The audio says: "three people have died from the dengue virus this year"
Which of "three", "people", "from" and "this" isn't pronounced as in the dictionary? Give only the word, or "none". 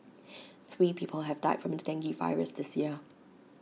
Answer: none